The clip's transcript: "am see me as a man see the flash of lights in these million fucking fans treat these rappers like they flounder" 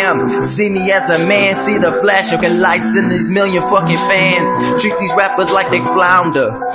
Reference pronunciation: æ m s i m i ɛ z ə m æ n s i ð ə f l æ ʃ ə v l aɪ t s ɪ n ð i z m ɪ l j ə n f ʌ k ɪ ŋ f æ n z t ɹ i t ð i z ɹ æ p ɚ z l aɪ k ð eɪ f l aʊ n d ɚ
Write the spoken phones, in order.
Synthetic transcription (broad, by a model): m s i m i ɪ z ə m æ n s i ð ə f l æ ʃ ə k l aɪ t s ɪ n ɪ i z m ɪ l j ə n f ʌ k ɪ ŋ f æ n z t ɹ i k ð i z ɹ æ p ɚ z l aɪ k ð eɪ f l aʊ n d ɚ